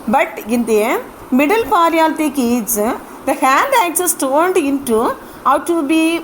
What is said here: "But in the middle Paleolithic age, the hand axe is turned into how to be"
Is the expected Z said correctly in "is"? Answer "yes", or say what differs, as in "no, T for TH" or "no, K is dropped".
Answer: no, S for Z